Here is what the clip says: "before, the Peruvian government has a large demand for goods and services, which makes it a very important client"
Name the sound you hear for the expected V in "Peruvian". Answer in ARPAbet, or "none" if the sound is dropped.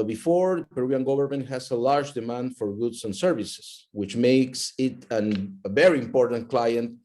none